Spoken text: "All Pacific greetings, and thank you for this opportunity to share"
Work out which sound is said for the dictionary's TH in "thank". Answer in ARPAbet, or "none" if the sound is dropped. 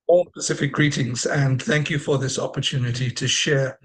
TH